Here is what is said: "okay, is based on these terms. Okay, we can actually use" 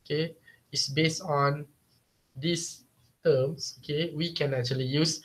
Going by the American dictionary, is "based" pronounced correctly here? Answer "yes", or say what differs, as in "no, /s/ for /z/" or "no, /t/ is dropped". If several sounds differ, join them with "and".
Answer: yes